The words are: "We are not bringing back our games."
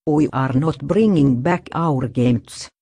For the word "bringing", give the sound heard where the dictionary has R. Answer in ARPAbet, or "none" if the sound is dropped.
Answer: R